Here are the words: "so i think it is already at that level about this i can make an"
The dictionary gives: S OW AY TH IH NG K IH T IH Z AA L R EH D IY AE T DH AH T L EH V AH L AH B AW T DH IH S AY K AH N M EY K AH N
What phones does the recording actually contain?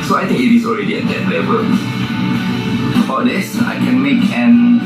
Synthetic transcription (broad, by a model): S OW AY T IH NG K IH T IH S AA L R EH D IY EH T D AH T L EH V AH L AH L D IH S AY K AH N M EY K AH N